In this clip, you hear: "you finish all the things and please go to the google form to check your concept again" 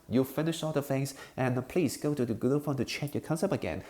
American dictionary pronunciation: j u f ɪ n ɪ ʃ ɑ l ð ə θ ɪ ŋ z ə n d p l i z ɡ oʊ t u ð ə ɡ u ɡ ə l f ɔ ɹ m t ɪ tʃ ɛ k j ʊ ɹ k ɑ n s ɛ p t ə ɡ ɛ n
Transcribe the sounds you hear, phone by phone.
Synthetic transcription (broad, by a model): j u f ɪ n ɪ ʃ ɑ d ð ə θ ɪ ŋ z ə n p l i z ɡ oʊ t u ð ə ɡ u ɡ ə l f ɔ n t ɪ tʃ ɛ k j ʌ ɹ k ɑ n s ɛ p ə ɡ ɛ n